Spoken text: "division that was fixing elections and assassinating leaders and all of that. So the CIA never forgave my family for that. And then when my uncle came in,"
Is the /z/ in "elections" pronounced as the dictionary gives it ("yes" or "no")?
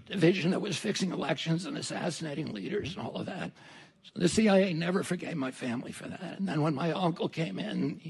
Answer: yes